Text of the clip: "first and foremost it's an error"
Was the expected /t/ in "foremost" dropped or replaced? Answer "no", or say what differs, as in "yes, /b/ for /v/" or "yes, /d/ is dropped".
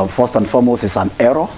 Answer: yes, /t/ is dropped